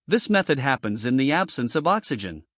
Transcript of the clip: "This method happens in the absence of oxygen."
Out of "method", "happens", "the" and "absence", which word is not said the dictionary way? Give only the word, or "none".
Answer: none